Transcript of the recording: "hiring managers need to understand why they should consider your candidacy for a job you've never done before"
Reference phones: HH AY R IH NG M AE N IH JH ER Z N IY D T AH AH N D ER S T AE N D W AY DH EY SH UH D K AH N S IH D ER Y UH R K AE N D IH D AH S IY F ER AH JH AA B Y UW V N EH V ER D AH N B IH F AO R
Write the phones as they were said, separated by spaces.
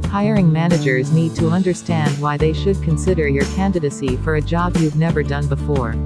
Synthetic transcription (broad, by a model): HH AY R IH NG M AE N IH JH ER Z N IY D T AH AH N D ER S T AE N D W AY DH EY SH UH D K AH N S IH D ER Y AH R K AE N D IH D AH S IY F ER AH JH AA B Y UW V N EH V ER D AH N B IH F AO R